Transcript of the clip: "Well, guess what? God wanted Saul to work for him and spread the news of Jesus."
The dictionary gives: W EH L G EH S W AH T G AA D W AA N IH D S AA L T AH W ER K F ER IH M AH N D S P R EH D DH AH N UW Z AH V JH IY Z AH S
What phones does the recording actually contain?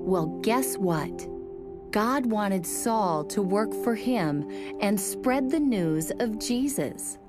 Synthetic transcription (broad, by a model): W EH L G EH S W AH T G AA D W AA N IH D S AA L T AH W ER K F ER IH M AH N S P R EH D DH AH N UW Z AH V JH IY Z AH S